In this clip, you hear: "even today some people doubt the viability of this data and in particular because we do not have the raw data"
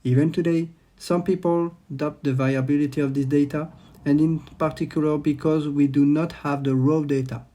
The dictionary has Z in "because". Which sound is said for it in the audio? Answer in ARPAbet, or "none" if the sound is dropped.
Z